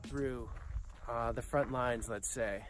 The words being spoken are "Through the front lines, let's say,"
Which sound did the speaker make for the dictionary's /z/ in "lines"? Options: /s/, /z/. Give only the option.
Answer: /z/